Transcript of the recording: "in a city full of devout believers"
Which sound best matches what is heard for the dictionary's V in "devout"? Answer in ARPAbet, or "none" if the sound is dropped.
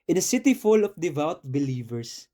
V